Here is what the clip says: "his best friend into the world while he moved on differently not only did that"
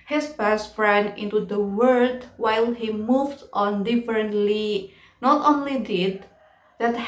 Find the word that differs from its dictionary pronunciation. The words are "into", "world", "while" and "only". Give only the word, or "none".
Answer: world